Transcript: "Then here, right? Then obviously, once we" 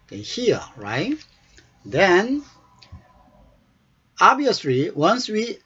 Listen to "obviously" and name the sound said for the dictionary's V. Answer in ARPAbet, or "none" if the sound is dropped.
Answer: none